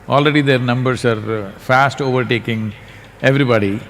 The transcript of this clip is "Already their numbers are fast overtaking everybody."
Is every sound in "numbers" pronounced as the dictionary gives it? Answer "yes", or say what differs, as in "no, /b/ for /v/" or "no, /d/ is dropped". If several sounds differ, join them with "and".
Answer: no, /s/ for /z/